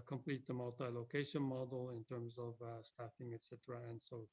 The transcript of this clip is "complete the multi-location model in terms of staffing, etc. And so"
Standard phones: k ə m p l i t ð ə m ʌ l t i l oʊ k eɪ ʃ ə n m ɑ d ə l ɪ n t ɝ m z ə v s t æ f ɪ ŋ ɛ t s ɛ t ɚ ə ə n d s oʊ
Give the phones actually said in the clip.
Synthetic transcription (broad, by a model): k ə m p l i t ð ə m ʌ l t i l oʊ k eɪ ʃ ə n m ɑ d l ɪ n t ɝ m z ə v s t æ f ɪ ŋ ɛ t s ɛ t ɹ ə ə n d s oʊ